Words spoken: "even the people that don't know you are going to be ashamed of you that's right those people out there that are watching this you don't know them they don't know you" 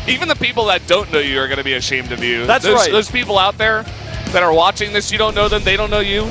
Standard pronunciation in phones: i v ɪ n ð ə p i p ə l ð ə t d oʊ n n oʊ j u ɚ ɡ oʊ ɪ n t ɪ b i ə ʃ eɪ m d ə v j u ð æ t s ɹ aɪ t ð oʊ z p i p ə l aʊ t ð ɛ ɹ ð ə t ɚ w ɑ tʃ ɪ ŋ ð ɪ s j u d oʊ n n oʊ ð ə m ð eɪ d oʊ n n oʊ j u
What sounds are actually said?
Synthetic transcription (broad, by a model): i v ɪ n ð ə p i p l ð ə t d oʊ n n oʊ j u ɚ ɡ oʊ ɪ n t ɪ b i ə ʃ eɪ m d ə v j u ð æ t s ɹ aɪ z ð oʊ z p i p l aʊ t ð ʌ ɹ ð ə t ɚ w ɑ tʃ ɪ ŋ ð ɪ s j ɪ d oʊ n n oʊ ð ə m ð eɪ d oʊ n n oʊ j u